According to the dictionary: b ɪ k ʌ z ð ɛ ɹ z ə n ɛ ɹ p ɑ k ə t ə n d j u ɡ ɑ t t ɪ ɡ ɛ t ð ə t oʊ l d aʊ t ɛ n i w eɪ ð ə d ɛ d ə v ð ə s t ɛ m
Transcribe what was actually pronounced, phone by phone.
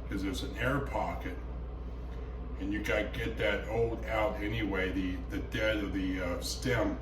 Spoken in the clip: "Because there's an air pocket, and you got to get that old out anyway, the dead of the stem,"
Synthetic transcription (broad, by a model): k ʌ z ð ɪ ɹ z ə n ɛ ɹ p ɑ k ə t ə n j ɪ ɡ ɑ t t ɪ ɡ ɛ t ð ə t oʊ l d aʊ t ɛ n i w eɪ ð ə d ɛ d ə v ð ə s t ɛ m